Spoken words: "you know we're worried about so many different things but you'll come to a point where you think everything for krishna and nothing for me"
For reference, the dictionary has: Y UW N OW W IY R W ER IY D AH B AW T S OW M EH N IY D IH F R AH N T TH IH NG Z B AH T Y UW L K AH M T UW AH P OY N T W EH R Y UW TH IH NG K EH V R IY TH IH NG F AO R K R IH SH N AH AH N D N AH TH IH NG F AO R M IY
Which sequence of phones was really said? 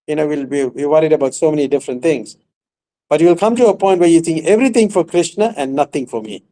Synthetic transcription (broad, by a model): Y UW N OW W IY W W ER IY D AH B AW T S OW M EH N IY D IH F R AH N T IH NG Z B AH T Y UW L K AH M T UW AH P OY N T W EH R Y UW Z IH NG EH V R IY T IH NG F AO R K R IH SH N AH AH N D N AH T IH NG F AO R M IY